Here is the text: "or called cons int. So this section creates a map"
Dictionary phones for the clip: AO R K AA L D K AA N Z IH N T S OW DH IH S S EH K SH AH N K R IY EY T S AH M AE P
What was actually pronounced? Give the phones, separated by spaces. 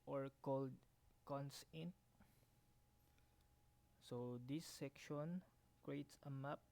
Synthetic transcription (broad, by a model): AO R K AA L D K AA N S IH N T S OW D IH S S EH K SH AH N K R IY EY T S AH M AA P